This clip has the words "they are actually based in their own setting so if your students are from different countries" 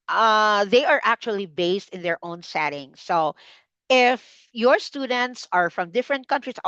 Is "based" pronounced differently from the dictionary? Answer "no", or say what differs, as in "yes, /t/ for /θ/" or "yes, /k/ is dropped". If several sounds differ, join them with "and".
no